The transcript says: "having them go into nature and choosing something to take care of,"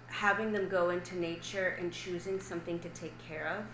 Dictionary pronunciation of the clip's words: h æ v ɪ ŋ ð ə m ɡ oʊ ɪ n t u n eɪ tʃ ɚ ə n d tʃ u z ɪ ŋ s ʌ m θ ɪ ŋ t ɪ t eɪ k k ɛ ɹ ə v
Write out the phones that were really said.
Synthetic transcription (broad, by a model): h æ v ɪ ŋ ð ə m ɡ oʊ ɪ n t u n eɪ tʃ ɚ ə n tʃ u z ɪ ŋ s ʌ m θ ɪ ŋ t ɪ t eɪ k k ɛ ɹ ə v